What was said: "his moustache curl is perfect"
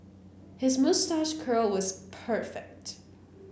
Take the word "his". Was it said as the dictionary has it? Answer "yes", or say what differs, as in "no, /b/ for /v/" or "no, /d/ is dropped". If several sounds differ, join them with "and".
yes